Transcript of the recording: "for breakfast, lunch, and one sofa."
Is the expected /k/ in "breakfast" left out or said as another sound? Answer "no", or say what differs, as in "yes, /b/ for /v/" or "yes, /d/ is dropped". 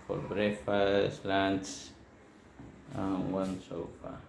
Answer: yes, /k/ is dropped